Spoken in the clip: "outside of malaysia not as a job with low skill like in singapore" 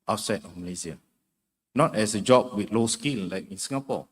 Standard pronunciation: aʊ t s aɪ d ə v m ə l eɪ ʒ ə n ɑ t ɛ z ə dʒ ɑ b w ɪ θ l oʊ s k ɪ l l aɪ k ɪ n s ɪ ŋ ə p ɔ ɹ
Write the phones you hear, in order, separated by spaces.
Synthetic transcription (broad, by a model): aʊ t s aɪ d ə f m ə l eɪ s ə n ɑ t ɛ s ə dʒ ɑ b w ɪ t l oʊ s k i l l aɪ k ɪ n s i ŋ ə p ɔ